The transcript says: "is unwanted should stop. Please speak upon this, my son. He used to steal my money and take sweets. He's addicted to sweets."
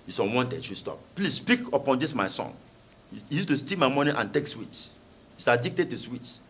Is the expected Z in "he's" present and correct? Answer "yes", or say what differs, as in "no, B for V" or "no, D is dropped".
no, S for Z